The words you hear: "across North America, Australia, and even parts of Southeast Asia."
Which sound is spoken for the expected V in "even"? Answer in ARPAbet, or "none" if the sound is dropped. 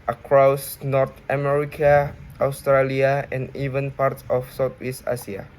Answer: V